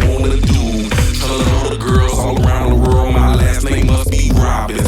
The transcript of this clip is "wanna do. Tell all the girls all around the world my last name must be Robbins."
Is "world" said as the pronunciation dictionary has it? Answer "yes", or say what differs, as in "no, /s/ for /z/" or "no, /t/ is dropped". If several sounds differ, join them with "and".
yes